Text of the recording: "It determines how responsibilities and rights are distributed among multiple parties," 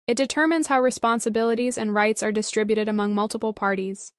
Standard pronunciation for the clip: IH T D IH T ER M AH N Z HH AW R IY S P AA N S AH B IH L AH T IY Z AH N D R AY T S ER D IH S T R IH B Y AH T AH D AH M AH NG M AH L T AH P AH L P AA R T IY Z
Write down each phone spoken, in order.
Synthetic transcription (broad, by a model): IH T D IH T ER M AH N Z HH AW R IY S P AA N S AH B IH L AH T IY Z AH N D R AY T S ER D IH S T R IH B Y AH T AH D AH M AH NG M AH L T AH P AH L P AA R T IY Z